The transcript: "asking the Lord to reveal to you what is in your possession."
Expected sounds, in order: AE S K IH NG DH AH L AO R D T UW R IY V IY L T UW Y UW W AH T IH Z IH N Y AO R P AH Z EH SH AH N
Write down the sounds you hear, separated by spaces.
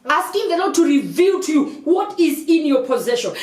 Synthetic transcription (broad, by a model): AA S K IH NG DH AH N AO T UW R IY V IY L T UW Y UW W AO T IH Z IH N Y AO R P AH Z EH SH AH N